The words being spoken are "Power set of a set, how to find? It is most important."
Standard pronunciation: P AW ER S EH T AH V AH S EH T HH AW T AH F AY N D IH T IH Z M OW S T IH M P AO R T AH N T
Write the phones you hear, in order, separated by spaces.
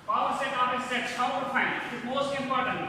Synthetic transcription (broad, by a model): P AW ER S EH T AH P AH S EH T HH AW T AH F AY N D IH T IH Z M OW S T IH M P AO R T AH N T